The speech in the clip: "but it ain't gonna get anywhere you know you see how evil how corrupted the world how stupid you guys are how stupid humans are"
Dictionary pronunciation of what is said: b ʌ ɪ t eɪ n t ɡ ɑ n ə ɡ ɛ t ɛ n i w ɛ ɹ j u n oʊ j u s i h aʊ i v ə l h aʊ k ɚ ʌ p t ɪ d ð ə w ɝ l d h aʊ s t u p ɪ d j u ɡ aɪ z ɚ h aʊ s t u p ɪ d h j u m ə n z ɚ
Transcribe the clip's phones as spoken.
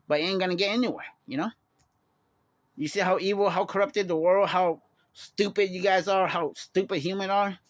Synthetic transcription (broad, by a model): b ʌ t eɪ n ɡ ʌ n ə ɡ ɛ t ɛ n i w ɛ ɹ j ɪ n oʊ j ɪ s i h aʊ i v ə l h aʊ k ɚ ʌ p t ɪ d ð ə w ɝ l d h aʊ s t u p ɪ d j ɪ ɡ aɪ z ɚ h aʊ s t u p ɪ d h j u m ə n ɚ